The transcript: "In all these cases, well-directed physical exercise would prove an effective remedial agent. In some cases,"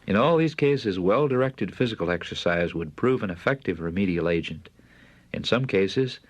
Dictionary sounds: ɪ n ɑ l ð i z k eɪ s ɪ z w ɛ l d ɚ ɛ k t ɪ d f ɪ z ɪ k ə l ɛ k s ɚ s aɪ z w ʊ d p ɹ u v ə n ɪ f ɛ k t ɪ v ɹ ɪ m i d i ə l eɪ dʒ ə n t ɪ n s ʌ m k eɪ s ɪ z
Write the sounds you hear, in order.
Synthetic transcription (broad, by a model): ɪ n ɑ l ð i z k eɪ s ɪ z w ɛ l d ɚ ɛ k t ɪ d f ɪ z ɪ k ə l ɛ k s ɚ s aɪ z w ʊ d p ɹ u v ə n ɪ f ɛ k t ɪ v ɹ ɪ m i d i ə l eɪ dʒ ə n t ɪ n s ʌ m k eɪ s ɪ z